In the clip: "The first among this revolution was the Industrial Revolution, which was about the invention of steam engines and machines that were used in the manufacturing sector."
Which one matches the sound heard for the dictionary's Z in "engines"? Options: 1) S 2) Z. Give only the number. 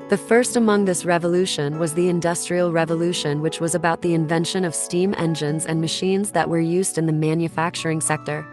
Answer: 2